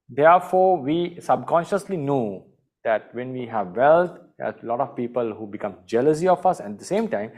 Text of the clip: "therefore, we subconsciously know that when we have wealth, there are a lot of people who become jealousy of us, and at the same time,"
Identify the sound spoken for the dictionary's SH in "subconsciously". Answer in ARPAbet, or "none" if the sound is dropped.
SH